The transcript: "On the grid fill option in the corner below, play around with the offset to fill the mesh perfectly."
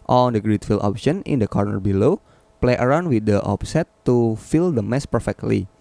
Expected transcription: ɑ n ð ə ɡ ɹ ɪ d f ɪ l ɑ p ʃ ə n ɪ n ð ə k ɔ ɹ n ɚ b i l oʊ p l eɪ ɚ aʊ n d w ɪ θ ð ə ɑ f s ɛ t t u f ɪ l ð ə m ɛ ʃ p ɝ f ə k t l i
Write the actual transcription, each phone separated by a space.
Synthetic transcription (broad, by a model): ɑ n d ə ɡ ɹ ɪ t f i l ɑ p ʃ ə n ɪ n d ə k ɔ ɹ n ɚ b i l oʊ p l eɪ ɚ aʊ n d w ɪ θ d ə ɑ p s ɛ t t u f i l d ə m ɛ s p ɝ f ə k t l i